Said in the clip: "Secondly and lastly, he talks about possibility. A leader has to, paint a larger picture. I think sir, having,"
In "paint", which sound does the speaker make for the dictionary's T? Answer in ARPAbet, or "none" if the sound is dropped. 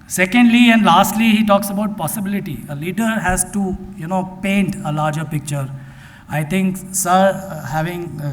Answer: T